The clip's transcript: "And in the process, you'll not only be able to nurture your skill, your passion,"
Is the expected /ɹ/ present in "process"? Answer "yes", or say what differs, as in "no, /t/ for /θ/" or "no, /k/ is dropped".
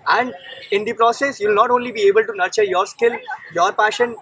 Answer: yes